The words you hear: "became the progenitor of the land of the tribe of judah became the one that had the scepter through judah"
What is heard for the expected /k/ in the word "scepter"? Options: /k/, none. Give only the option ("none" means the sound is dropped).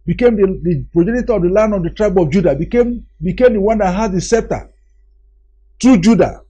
none